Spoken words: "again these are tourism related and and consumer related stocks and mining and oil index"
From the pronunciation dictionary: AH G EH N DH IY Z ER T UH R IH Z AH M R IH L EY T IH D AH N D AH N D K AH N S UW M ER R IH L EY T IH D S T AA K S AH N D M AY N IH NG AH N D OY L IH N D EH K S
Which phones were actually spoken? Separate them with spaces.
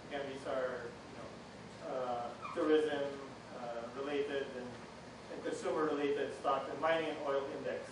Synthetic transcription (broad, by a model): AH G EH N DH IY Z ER T UH R IH Z AH M R IH L EY T IH D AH N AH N K AH N S UW M ER R IH L EY T IH D S T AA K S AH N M AY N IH NG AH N OY L IH N D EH K S